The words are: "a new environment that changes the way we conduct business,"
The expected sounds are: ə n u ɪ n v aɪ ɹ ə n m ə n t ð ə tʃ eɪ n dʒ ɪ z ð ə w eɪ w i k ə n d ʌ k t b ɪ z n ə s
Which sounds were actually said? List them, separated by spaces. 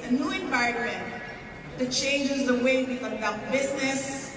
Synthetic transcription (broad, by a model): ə n u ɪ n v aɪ ə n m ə n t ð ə tʃ eɪ n dʒ ɪ z ð ə w eɪ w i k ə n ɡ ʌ t b ɪ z n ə s